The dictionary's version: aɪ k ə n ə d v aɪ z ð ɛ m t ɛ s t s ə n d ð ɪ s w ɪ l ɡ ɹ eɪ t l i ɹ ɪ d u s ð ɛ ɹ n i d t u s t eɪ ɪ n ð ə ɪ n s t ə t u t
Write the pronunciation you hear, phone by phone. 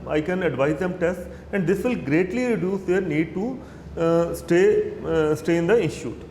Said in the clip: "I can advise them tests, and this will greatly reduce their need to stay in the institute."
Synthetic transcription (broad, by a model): aɪ k ə n ə d v aɪ z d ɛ m t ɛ s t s ə n d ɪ s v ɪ l ɡ ɹ eɪ t l i ɹ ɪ d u s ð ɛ ɹ n i d t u s t eɪ ɪ n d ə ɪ n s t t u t